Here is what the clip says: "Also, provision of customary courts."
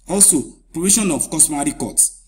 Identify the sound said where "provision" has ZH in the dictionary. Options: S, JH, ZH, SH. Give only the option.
SH